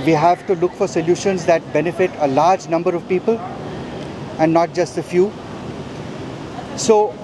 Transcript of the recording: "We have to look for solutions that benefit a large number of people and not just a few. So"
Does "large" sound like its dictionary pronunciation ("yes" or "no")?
yes